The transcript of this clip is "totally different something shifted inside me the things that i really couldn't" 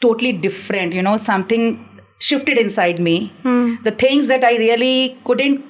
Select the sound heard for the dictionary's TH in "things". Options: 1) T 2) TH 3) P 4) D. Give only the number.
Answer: 1